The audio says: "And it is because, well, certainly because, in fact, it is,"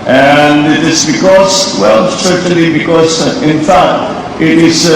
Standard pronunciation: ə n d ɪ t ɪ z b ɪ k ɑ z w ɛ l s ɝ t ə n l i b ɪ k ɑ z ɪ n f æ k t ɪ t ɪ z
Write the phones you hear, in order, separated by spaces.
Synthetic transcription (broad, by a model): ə n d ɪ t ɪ s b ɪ k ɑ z w ɛ l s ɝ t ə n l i b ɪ k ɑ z ɪ n f æ k t ɪ t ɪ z